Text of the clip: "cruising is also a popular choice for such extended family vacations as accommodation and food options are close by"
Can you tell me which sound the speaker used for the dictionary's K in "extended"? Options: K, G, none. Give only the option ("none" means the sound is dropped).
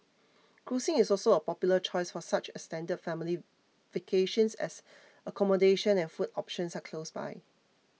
none